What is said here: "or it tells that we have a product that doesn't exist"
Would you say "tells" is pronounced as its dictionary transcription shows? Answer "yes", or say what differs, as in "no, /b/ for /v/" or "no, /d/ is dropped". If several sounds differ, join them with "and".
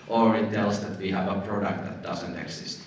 no, /s/ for /z/